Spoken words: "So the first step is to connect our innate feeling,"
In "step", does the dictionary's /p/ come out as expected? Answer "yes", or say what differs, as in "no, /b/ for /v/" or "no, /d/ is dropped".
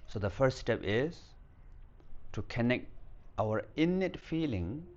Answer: yes